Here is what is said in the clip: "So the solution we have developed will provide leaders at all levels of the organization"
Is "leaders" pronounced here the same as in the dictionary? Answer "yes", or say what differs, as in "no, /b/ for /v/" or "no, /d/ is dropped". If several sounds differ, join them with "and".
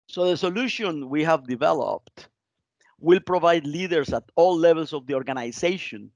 no, /s/ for /z/